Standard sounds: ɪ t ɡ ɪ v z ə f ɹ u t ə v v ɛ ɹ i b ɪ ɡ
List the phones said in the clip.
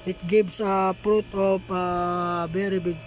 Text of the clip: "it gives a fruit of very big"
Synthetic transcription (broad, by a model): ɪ t ɡ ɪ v s ə p ɹ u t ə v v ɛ ɹ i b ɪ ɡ